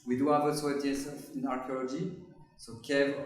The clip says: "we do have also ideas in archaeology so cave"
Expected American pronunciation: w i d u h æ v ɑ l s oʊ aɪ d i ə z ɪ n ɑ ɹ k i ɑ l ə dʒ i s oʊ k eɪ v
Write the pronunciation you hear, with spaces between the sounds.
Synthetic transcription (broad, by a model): w i d u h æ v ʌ s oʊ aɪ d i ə s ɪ n ɑ ɹ k i ɑ l ə dʒ i s oʊ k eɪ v